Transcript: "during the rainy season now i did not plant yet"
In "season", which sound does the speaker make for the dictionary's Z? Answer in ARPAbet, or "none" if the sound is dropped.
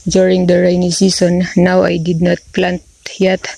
S